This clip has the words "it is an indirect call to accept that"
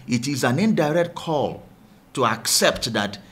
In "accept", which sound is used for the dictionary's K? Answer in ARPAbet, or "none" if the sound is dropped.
K